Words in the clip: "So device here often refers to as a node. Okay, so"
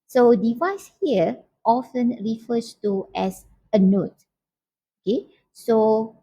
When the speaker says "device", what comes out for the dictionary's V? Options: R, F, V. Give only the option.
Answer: V